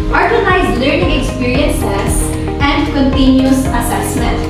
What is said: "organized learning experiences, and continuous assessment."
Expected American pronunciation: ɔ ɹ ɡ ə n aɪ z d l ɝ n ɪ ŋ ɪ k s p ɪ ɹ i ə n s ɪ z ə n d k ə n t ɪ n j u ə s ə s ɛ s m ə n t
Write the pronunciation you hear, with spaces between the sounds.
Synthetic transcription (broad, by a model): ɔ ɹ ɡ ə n aɪ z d l ɝ n ɪ ŋ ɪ k s p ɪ ɹ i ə n s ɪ s ə n d k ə n t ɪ n j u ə s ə s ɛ s m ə n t